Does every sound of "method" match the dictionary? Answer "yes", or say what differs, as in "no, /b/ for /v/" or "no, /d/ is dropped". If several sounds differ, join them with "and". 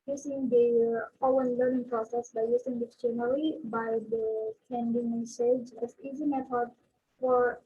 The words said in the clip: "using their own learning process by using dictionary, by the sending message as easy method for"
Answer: no, /f/ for /θ/